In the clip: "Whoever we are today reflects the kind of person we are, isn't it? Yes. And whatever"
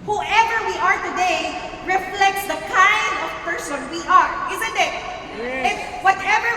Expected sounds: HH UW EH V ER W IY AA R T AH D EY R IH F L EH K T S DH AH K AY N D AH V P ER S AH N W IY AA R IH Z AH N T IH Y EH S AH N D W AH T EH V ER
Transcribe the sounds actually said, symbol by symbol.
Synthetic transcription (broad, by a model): HH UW EH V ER W IY AA R T AH D EY R IH F L EH K T S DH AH K AY N D AH V P ER S AH N W IY AA R IH Z AH N T IH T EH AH W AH T EH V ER